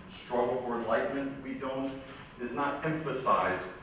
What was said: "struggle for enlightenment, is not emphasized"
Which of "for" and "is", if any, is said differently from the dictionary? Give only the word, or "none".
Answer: none